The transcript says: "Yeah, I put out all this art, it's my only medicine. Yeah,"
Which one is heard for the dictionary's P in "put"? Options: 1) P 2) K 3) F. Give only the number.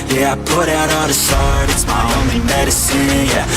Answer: 1